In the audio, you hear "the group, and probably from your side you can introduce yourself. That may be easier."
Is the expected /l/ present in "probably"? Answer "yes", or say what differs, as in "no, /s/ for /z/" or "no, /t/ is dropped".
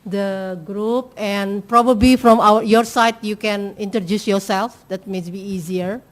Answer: yes